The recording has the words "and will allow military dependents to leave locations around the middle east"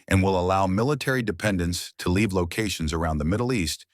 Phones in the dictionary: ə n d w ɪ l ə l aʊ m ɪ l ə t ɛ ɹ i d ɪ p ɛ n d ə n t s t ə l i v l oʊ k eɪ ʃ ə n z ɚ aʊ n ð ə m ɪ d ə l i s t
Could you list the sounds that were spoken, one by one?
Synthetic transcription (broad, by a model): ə n w ɪ l ə l aʊ m ɪ l ə t ɛ ɹ i d ɪ p ɛ n d ə n t s t ə l i v l oʊ k eɪ ʃ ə n z ɚ aʊ n ð ə m ɪ d l i s t